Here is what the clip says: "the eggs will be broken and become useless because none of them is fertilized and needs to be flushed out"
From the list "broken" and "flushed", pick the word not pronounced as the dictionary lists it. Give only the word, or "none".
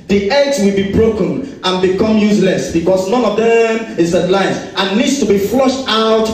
none